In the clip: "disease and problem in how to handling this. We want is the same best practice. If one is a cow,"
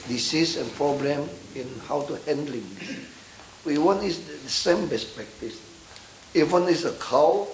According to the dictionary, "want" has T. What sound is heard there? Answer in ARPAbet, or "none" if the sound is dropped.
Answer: none